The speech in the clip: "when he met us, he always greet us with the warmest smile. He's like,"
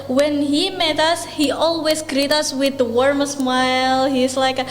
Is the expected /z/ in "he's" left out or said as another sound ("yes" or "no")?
yes